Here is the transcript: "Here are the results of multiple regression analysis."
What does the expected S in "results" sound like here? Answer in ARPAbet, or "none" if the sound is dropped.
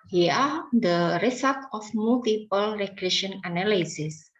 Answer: none